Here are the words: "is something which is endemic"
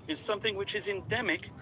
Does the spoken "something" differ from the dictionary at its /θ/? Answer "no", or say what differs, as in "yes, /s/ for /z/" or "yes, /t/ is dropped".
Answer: no